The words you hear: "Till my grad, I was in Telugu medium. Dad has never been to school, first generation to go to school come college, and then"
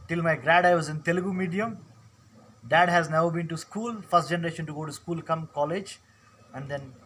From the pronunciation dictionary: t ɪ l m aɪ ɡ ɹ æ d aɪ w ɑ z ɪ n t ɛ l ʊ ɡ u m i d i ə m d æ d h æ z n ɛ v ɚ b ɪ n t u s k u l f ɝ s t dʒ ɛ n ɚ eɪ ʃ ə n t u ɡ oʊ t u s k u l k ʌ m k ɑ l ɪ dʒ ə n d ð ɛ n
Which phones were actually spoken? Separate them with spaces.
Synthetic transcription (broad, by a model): t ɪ l m aɪ ɡ ɹ æ d aɪ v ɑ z ɪ n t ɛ l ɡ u m i d i ə m d æ d h æ z n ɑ ʊ b ɪ n t u s k u l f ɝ s t dʒ ɛ n ɚ eɪ ʃ ə n t u ɡ oʊ t u s k u l k ʌ m k ɑ l ɪ dʒ ə n d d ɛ n